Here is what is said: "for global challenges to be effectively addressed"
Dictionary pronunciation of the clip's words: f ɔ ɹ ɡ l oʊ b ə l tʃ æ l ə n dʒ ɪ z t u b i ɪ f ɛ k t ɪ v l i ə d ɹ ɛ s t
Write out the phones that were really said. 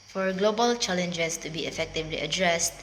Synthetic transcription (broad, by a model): f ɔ ɹ ɡ l oʊ b ə l tʃ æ l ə n dʒ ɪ s t u b i ɪ f ɛ k t ɪ v l i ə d ɹ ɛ s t